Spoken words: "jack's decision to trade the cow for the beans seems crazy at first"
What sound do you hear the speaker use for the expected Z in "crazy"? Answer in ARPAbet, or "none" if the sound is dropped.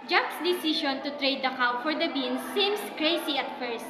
S